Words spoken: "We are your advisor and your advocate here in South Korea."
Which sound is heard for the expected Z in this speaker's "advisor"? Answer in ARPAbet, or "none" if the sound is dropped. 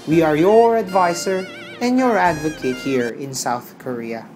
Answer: S